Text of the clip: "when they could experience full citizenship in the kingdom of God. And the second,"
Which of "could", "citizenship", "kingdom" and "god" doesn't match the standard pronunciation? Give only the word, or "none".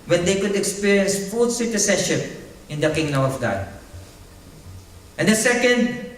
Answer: citizenship